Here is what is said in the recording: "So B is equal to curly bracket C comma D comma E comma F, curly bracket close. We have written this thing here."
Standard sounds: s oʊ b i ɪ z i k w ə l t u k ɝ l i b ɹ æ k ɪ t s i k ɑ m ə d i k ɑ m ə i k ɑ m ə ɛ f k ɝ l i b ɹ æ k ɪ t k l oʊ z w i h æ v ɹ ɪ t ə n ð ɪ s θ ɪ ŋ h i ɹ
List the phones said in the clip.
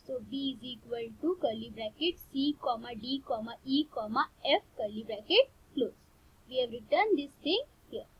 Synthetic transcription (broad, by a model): s oʊ b i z i k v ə l t u k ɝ l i b ɹ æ k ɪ t s i k ɑ m ə d i k ɑ m ə i k ɑ m ə ɛ f k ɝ l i b ɹ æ k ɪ t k l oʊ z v i h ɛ v ɹ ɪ t ə n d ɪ s t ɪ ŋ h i ɹ